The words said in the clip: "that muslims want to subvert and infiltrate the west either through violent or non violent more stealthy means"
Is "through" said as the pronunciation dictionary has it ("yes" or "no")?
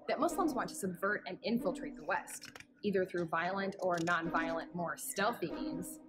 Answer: yes